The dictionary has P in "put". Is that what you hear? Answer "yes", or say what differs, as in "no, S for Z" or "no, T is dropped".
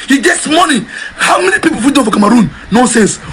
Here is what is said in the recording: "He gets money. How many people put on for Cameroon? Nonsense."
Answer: no, F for P